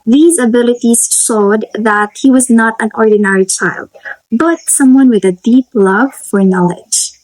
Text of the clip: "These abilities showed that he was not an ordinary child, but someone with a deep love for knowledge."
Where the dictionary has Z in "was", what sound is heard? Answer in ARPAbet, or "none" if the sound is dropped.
Z